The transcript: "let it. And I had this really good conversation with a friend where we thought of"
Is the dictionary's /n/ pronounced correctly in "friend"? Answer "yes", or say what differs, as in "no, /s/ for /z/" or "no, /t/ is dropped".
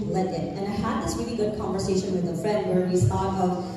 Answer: no, /n/ is dropped